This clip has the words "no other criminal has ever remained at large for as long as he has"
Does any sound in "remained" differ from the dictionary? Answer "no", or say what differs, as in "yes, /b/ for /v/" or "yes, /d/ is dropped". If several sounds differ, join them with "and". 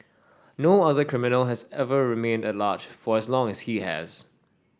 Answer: no